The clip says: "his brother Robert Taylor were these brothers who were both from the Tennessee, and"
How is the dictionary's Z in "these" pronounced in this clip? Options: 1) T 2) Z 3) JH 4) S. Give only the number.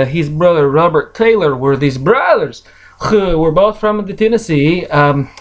2